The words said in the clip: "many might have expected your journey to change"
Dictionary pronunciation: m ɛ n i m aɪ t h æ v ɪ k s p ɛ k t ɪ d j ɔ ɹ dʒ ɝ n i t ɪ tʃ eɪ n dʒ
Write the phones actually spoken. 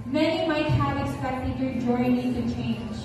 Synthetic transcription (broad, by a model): m ɛ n i m aɪ t h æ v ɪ k s p ɛ k t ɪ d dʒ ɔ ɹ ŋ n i s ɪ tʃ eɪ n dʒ